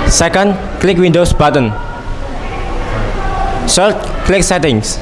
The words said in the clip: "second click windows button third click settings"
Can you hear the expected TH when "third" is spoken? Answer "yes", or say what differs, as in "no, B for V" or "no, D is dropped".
no, S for TH